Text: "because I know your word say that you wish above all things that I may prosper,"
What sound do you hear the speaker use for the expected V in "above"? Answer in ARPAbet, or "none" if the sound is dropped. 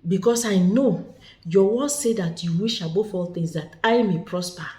F